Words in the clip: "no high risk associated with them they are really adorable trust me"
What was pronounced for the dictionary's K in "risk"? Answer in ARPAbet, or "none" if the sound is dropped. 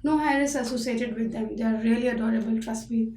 none